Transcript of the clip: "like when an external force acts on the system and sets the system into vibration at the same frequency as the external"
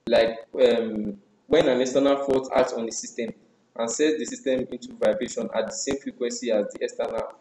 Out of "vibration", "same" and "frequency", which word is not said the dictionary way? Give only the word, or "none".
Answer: none